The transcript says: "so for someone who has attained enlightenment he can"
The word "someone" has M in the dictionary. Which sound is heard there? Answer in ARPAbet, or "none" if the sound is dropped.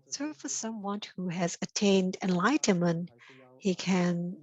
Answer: M